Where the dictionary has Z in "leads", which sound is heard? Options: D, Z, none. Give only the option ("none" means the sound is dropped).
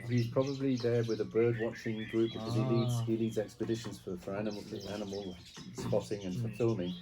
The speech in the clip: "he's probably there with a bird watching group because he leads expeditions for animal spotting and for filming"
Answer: Z